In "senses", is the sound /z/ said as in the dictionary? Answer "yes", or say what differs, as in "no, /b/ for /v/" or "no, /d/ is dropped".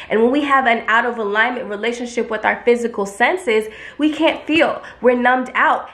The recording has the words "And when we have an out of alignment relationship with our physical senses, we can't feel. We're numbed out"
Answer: yes